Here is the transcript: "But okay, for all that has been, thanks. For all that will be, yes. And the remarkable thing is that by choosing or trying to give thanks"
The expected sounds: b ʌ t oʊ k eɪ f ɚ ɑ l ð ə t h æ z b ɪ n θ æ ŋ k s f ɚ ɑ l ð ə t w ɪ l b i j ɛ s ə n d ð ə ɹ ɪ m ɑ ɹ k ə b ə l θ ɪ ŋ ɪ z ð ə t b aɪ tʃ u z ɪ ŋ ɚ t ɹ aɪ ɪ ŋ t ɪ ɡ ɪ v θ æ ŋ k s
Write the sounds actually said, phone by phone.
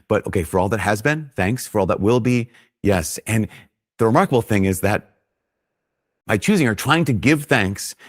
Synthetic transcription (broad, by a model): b ʌ t oʊ k eɪ f ɚ ɑ l ð ə t h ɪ z b ɪ n θ æ ŋ k s f ɚ ɑ l ð ə t w ɪ l b i j ɛ s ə n ð ə ɹ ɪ m ɑ ɹ k ə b l θ ɪ ŋ ɪ z ð ə t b aɪ tʃ u z ɪ ŋ ɚ t ɹ aɪ ɪ ŋ t ɪ ɡ ɪ v θ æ ŋ k s